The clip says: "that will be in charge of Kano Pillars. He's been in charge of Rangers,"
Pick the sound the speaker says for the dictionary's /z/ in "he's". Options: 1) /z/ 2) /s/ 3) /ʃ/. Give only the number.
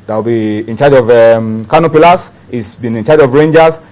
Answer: 2